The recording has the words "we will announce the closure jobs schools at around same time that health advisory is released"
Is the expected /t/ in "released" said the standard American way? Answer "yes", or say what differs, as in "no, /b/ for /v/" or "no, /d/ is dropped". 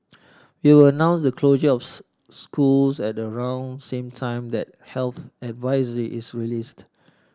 yes